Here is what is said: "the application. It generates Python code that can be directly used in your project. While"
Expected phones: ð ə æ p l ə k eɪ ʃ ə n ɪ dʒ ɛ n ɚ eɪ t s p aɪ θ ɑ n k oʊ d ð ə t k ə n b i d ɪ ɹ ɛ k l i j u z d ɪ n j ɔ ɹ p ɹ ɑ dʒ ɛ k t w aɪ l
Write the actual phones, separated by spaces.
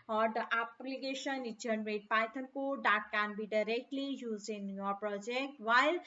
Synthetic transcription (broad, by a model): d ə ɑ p l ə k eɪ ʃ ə n ɪ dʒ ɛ n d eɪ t p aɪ t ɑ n k oʊ d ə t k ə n b i d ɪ ɹ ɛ k l i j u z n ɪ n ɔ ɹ p ɹ ɑ dʒ ɛ k t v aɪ l